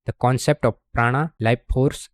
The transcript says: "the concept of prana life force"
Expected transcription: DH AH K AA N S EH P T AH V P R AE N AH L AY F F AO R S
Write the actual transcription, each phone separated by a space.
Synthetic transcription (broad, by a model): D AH K AA N S EH P T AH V P R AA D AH L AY P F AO R S